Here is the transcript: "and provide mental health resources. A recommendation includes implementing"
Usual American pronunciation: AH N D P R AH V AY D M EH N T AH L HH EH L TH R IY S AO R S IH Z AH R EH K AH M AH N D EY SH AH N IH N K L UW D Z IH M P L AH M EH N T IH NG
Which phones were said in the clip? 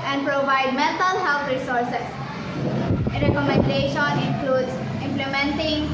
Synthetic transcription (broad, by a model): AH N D P R AH V AY D M EH N T AH L HH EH L T R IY S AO R S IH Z AH R EH K AH M AH N D EY SH AH N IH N K L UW D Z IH M P L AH M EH N T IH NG